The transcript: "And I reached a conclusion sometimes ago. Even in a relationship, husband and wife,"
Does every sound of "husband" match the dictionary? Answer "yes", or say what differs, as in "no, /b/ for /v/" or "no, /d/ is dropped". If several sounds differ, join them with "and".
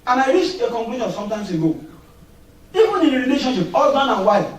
no, /d/ is dropped